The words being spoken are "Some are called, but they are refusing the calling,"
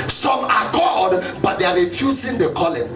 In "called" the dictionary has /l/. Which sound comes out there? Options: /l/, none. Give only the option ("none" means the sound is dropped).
none